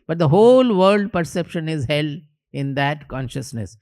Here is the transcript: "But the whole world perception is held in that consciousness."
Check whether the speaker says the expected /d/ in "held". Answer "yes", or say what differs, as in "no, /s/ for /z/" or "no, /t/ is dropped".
no, /d/ is dropped